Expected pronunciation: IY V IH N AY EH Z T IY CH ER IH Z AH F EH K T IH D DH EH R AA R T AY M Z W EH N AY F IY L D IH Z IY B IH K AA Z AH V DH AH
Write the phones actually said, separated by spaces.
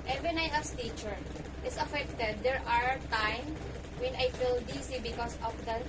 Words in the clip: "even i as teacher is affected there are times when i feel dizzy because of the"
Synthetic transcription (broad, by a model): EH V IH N AY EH S T IY CH ER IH S AH F EH K T IH D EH R AA R T AY M W EH N AY F IY L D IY S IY B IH K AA S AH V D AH